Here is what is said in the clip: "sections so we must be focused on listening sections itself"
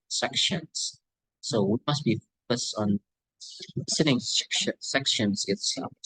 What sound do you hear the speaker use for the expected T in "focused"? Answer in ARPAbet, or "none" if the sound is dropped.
T